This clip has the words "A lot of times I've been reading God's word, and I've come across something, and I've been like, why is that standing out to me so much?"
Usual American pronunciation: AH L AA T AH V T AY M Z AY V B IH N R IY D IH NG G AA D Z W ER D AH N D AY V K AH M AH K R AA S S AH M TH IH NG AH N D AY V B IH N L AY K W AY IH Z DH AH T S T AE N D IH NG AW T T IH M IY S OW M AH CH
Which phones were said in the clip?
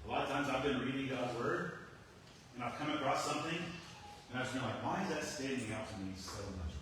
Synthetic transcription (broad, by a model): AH L AA T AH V T AY M Z AY V B IH N R IY D IH NG G AA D Z W ER D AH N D AY V K AH M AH K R AA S S AH M TH IH NG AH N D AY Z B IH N L AY K W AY IH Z DH AH T S T AE N D IH NG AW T T IH M IY S OW M AH CH